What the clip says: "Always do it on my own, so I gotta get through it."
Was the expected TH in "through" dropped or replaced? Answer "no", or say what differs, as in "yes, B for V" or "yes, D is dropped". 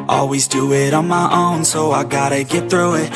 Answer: no